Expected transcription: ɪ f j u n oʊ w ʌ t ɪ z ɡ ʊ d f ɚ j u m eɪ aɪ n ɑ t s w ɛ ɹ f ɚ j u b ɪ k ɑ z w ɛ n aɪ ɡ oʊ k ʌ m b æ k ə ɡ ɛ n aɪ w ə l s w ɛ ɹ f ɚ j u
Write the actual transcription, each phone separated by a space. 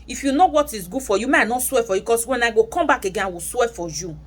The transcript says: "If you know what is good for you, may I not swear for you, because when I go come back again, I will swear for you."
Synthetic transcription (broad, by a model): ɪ f j u n oʊ w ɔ t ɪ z ɡ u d f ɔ j u m eɪ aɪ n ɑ s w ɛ f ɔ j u k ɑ s w ɛ n aɪ ɡ oʊ k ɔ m b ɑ k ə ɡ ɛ aɪ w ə s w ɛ f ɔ j u